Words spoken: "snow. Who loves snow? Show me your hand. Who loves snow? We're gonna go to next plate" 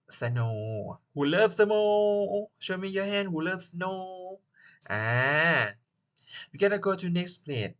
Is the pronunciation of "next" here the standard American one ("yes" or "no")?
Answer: yes